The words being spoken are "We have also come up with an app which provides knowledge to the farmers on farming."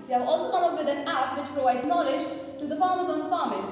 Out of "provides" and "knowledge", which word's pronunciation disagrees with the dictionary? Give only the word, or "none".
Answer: none